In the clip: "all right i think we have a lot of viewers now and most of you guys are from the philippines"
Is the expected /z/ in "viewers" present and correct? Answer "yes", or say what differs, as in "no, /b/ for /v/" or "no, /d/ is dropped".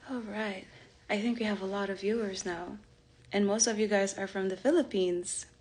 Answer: yes